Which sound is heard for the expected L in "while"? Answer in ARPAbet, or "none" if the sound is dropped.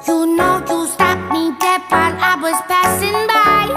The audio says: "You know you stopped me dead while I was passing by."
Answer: N